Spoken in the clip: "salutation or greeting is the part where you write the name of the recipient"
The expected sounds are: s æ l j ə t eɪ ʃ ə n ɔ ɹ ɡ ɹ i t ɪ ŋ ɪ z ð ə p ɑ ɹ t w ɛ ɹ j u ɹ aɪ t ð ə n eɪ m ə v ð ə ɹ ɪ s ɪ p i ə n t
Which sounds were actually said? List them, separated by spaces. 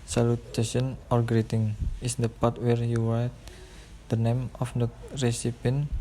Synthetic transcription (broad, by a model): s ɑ l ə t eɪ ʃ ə n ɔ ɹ ɡ ɹ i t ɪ ŋ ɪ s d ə p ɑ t w ɛ ɹ j u w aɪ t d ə n eɪ m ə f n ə ɹ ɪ s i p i n